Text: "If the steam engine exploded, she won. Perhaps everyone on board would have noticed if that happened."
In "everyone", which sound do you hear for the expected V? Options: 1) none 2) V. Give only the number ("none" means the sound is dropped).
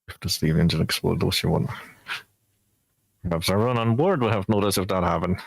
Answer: 1